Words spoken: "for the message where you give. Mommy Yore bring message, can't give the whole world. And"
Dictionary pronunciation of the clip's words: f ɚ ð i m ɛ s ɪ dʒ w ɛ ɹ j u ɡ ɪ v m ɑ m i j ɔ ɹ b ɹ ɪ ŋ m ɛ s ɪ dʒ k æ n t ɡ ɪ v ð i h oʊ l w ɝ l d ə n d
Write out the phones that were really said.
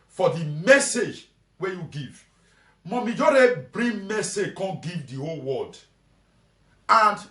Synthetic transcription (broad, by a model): f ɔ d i m ɛ s ɪ dʒ w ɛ j u ɡ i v m ɑ m i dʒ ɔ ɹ b ɹ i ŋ m ɛ s ɪ dʒ k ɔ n ɡ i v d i h oʊ l w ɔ d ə n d